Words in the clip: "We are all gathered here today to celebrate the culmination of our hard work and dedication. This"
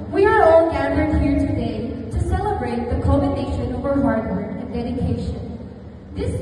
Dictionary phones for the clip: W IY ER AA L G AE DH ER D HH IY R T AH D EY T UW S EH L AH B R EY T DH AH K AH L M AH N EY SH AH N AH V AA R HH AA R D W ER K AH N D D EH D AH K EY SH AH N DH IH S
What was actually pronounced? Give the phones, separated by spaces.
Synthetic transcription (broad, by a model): W IY ER AA L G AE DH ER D HH IY R T AH D EY T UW S EH L AH B R EY T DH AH K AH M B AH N EY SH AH N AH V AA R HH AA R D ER AH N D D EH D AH K EY SH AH N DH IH S